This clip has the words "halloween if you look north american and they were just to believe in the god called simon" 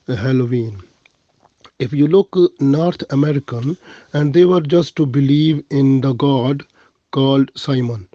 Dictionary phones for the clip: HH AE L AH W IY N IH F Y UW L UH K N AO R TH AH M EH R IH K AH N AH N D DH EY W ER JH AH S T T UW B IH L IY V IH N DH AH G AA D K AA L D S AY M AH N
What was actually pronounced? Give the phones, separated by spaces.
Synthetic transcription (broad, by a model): HH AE L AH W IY N IH F Y UW L UH K N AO R T AH M EH R IH K AH N AH N D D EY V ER JH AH S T T UW B IH L IY V IH N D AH G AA D K AA L D S AY M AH N